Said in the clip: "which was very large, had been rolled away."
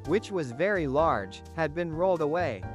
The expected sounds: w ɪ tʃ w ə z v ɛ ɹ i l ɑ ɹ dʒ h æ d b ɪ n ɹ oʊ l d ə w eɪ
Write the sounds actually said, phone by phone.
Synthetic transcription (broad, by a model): w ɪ tʃ w ə z v ɛ ɹ i l ɑ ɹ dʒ h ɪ d b ɪ n ɹ oʊ l d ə w eɪ